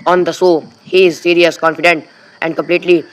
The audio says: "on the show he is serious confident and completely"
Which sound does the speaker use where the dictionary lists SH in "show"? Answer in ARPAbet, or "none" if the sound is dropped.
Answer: S